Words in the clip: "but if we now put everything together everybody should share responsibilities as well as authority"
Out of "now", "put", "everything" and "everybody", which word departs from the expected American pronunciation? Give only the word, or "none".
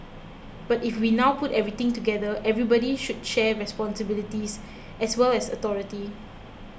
everything